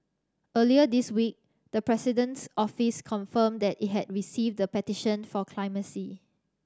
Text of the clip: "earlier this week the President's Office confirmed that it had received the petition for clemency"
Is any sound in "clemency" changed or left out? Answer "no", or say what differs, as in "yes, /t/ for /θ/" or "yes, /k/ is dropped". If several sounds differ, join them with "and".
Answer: yes, /n/ is dropped